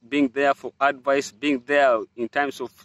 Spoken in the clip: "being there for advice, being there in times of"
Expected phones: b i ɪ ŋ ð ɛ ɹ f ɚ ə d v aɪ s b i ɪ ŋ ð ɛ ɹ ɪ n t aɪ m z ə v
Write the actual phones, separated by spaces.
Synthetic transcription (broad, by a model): b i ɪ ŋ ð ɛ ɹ f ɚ ə d v aɪ s b i ɪ ŋ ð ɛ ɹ ɪ n t aɪ m s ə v